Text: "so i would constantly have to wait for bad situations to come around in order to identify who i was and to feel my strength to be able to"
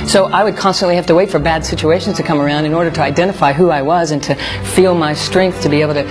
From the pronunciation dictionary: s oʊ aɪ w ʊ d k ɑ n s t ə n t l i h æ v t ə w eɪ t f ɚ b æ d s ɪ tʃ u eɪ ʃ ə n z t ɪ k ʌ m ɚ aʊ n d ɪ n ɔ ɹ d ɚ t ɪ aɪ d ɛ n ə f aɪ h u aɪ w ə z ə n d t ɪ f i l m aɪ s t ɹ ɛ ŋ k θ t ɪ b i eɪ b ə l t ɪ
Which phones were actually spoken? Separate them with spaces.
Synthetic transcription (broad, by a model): s oʊ aɪ w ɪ d k ɑ n s t ə n t l i h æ f t ə w eɪ t f ɚ b æ d s ɪ tʃ u eɪ ʃ n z t ɪ k ʌ m ɚ aʊ n d ɪ n ɔ ɹ d ɚ t ɪ aɪ d ɛ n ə f aɪ h u aɪ w ə z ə n t ɪ f i l m aɪ s t ɹ ɛ ŋ k θ t ɪ b i eɪ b l t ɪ